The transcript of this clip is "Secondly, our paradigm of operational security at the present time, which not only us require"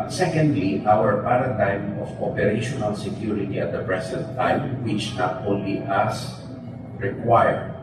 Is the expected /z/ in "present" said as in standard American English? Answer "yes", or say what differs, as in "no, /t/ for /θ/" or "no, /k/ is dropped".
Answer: no, /s/ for /z/